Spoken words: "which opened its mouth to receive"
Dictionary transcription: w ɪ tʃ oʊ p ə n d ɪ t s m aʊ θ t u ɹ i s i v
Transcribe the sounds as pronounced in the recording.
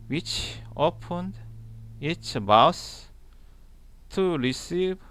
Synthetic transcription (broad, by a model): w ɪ tʃ oʊ p ə n d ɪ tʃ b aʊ s t u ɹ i s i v